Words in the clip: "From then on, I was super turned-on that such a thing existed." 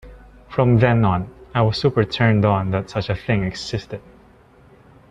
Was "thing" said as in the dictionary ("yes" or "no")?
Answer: yes